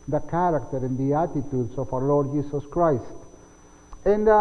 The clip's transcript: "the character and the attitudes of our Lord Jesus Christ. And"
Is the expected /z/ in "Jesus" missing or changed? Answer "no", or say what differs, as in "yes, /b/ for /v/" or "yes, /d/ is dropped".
yes, /s/ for /z/